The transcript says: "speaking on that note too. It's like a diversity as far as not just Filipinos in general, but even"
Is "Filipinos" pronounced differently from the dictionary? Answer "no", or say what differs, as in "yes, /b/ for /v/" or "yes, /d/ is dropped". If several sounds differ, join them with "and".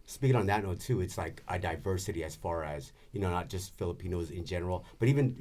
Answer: no